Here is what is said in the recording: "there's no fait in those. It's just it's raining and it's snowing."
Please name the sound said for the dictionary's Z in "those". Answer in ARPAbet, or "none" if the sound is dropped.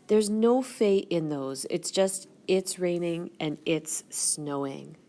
Z